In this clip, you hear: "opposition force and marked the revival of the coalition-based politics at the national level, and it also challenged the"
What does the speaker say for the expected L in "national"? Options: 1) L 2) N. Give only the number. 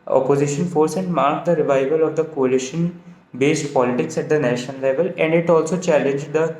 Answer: 2